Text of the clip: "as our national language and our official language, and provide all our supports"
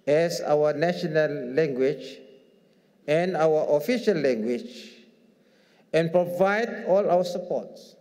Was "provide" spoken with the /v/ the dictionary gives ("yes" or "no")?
yes